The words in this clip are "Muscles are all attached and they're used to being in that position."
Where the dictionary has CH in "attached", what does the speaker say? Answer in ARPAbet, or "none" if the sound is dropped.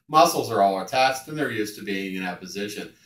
S